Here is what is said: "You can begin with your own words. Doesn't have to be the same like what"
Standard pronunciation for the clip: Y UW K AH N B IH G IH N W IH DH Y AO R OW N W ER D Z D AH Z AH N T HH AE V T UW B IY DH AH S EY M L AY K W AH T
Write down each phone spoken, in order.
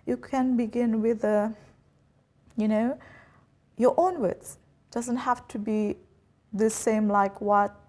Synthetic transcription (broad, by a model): Y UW K AH N B IH G IH N W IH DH Y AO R OW N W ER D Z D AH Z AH N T HH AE F T UW B IY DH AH S EY M L AY K W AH T